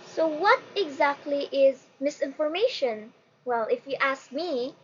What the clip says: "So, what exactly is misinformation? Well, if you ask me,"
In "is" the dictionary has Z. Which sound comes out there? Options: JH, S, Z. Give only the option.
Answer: Z